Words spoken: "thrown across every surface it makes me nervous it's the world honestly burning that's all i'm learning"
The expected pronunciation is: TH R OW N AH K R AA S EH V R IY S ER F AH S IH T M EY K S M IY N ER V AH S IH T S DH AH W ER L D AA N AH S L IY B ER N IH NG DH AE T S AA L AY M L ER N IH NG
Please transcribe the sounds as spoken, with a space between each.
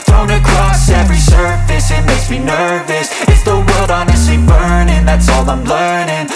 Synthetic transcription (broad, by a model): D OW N AH K R AA S EH V R IY S ER F AH S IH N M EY S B IY N ER V AH S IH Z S DH AH W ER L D AA N AH S L IY B ER N IH NG DH AE T S AA L AY M L ER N IH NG